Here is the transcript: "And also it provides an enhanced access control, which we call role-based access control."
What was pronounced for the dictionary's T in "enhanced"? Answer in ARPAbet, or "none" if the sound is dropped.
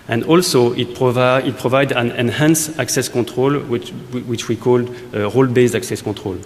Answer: none